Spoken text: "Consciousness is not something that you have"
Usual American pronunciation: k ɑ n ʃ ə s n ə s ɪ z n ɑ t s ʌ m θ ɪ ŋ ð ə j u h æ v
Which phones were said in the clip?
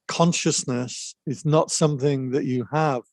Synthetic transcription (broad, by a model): k ɑ n ʃ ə s n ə s ɪ z n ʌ t s ʌ m θ ɪ ŋ ð ə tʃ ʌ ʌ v